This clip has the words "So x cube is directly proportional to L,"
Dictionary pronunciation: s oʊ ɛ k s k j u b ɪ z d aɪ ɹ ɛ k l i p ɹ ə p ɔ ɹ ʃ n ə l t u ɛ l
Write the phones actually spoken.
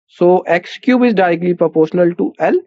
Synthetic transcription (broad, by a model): s oʊ ɛ k s k j u b ɪ z d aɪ ɹ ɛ k l i p ɹ ə p ɔ ɹ ʃ n ə l t u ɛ l